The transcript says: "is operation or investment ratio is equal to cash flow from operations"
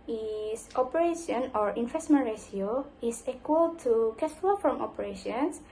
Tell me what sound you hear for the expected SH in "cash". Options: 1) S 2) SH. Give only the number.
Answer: 1